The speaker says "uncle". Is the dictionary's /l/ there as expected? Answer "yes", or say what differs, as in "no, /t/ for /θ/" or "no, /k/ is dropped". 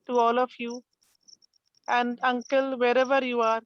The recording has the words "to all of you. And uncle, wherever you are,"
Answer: yes